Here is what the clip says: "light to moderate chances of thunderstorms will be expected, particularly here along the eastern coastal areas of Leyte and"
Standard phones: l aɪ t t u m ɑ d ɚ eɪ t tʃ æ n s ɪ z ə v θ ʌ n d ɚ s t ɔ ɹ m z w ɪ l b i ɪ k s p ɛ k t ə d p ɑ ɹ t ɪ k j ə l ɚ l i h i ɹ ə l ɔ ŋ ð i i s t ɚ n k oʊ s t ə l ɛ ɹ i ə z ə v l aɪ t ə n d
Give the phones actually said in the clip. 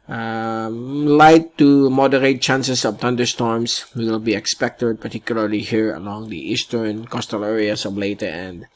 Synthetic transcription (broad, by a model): l aɪ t t u m ɑ d ɚ eɪ t tʃ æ n s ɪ s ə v t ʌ n d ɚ s t ɔ ɹ m s w ɪ l b i ɪ k s p ɛ k t ə d p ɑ ɹ t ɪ k j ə l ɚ l i h i ɹ ə l ɔ ŋ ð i i s t ɚ n k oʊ s t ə l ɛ ɹ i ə s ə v l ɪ t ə n d